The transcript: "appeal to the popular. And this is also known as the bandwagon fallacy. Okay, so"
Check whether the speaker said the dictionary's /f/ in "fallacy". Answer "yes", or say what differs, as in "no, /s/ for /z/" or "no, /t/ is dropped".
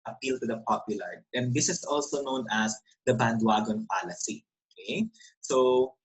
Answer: no, /p/ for /f/